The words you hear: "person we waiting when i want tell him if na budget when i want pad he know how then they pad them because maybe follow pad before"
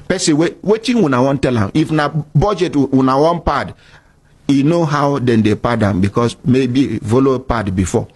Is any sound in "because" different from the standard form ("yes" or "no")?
yes